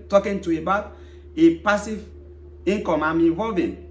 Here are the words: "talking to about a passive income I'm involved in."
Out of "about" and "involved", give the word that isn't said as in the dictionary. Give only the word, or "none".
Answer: involved